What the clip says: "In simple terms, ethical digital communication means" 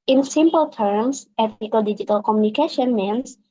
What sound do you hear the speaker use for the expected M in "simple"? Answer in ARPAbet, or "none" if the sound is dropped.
M